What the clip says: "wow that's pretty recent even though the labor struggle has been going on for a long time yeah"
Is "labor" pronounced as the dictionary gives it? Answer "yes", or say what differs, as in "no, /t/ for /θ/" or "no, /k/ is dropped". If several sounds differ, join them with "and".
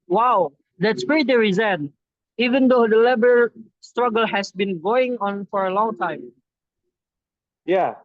yes